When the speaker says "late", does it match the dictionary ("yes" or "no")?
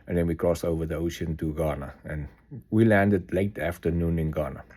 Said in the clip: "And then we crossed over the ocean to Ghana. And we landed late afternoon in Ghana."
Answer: yes